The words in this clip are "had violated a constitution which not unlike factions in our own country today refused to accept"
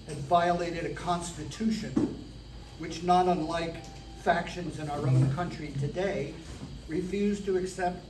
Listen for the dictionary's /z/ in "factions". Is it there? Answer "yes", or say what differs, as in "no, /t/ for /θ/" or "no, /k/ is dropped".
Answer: yes